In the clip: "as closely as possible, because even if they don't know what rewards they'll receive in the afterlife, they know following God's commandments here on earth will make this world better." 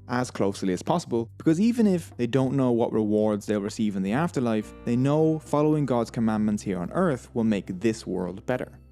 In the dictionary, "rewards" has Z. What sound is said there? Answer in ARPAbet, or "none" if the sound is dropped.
Z